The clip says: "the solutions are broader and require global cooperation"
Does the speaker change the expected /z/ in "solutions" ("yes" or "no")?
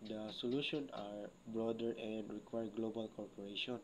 yes